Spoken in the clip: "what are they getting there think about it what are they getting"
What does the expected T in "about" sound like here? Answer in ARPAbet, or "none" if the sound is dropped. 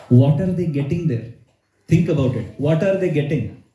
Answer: T